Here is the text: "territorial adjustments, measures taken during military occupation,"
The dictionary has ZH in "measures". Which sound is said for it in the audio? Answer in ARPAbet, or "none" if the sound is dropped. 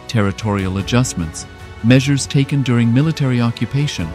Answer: ZH